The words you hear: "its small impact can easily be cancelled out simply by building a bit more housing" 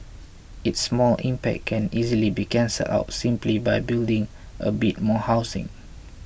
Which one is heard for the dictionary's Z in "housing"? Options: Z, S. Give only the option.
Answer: S